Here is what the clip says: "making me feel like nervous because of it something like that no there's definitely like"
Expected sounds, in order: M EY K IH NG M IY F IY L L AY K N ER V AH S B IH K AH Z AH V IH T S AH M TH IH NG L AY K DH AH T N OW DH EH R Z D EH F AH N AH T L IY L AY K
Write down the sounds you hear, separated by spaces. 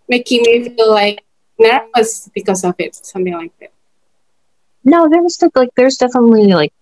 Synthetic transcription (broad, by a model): M EY K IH NG M IY F IY L L AY K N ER W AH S B IH K AH Z AH V IH T S AH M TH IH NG L AY K DH AH T N OW DH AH R Z D EH F AH N AH T L IY L AY K